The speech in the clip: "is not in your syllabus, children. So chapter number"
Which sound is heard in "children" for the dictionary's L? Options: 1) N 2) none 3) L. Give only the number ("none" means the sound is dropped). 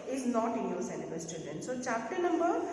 2